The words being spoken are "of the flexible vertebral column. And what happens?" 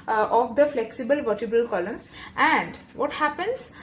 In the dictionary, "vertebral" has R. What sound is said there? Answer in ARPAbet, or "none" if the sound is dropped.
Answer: none